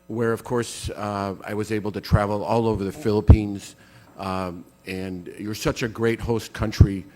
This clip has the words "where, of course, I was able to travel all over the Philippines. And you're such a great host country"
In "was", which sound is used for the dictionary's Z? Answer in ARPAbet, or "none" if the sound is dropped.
Z